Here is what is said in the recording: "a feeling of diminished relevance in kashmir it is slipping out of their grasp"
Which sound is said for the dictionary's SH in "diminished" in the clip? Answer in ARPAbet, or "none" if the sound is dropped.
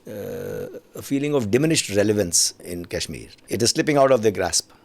SH